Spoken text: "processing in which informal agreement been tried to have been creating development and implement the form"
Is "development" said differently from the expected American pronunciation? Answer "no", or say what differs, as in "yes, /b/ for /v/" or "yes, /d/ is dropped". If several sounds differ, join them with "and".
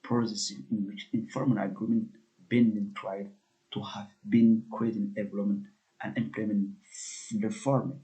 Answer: yes, /p/ is dropped